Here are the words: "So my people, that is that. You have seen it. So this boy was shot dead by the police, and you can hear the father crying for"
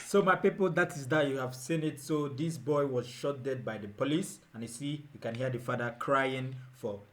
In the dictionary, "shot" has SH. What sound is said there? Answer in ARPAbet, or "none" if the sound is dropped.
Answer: SH